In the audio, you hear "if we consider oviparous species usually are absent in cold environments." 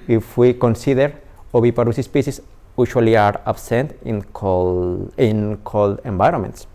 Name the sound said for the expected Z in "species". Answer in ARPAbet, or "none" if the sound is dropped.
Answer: S